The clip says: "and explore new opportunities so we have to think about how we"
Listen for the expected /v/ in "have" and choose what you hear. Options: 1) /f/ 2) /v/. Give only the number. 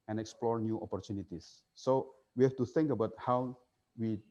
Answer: 1